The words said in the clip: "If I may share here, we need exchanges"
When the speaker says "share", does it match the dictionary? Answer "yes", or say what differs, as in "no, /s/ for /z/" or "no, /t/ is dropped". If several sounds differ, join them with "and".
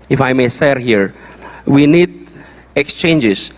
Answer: no, /s/ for /ʃ/